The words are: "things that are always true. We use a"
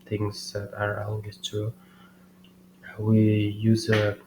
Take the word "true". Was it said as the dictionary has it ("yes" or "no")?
no